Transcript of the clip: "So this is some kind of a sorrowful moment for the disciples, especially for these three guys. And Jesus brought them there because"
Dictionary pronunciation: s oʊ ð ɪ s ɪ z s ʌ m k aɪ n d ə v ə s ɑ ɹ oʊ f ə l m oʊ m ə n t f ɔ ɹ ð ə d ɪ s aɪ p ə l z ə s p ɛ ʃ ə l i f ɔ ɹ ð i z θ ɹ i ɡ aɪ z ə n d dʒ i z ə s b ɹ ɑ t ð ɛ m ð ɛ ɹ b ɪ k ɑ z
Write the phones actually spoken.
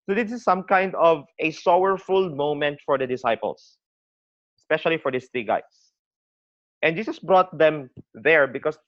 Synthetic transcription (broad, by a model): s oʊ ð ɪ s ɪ s ʌ m k aɪ n d ə v ə s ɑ w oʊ f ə l m oʊ m ə n t f ɔ ɹ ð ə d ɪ s aɪ p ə l s ə s p ɛ ʃ ə l i f ɔ ɹ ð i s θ ɹ i ɡ aɪ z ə n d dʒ i s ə s b ɹ ɑ t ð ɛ m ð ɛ ɹ b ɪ k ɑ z